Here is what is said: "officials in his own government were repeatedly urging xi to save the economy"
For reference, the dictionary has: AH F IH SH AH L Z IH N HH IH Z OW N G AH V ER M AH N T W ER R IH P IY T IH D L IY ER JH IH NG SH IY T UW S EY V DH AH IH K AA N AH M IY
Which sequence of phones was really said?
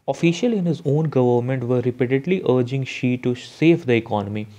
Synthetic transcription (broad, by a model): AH F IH SH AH L IH N HH IH Z OW N G AH V ER M AH N T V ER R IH P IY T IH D L IY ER JH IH NG SH IY T UW S EY V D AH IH K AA N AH M IY